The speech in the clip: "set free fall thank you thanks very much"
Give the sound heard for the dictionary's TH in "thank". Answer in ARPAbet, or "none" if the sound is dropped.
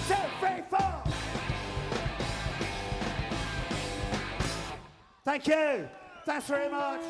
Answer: TH